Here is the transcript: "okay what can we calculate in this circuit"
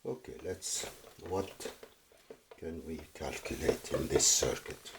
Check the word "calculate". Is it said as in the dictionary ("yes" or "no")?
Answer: yes